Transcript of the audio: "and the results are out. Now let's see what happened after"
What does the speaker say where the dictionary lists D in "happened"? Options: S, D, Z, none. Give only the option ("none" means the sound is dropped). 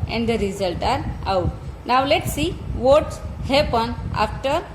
none